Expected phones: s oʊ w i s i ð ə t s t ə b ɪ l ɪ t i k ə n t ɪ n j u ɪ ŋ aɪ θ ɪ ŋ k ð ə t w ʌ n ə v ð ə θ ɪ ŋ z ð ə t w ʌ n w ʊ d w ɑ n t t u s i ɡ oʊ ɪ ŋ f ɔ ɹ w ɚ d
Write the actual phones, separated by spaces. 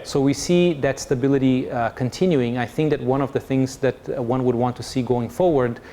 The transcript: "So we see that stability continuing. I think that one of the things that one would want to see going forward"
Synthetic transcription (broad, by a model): s oʊ w i s i ð ə t s t ə b ɪ l ɪ t i k ə n t ɪ n j u ɪ ŋ aɪ θ ɪ ŋ k ð ə t w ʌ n ə v ð ə θ ɪ ŋ z ð ə t w ʌ n w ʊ d w ɑ n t t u s i ɡ oʊ ɪ ŋ f ɔ ɹ w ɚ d